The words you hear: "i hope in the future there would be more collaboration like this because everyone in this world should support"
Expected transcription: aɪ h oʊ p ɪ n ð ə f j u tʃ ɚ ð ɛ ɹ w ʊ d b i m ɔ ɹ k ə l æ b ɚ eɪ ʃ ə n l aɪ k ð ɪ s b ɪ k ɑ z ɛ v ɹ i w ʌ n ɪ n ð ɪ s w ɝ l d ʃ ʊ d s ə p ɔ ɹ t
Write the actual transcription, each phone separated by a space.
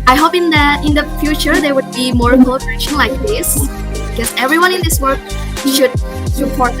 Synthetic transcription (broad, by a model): aɪ h oʊ p ɪ n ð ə f j u tʃ ɚ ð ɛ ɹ w ʊ d b i m ɔ ɹ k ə ɔ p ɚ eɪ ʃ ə n l aɪ k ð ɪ s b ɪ k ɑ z ɛ v ɹ i w ʌ n ɪ n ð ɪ s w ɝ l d ʃ ʊ d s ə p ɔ ɹ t